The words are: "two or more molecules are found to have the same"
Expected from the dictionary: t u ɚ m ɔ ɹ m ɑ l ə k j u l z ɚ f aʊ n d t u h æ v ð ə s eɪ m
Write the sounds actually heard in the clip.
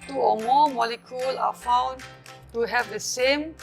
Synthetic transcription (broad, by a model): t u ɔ m ɔ m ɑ l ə k j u l ɑ f aʊ n t u h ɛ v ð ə s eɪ m